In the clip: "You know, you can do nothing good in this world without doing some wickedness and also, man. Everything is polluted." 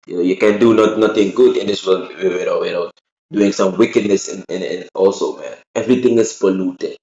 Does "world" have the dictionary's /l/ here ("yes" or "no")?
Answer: no